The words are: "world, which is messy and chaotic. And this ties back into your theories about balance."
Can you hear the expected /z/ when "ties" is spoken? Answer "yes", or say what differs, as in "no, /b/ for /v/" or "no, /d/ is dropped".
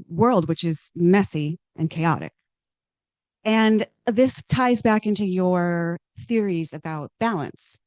yes